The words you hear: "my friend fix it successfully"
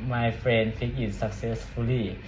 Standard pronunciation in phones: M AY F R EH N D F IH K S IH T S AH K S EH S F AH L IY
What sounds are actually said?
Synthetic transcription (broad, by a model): M AY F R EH N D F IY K IH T S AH K S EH S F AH L IY